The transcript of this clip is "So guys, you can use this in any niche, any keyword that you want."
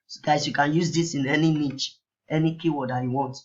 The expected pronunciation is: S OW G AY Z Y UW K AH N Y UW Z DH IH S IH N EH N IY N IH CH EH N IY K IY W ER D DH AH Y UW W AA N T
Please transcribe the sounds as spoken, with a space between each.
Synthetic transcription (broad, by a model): S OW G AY S Y UW K AH N Y UW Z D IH S IH N EH N IY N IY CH EH N IY K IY W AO D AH Y UW W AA N T